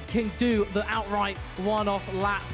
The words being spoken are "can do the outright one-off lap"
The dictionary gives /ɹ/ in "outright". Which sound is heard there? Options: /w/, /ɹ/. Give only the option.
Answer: /ɹ/